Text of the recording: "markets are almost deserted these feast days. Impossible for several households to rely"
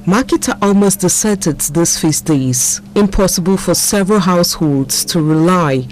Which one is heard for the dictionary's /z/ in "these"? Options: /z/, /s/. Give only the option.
/s/